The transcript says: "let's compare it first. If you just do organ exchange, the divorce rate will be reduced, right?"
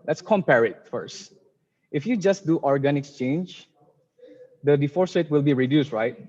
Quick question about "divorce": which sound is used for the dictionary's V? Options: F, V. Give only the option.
F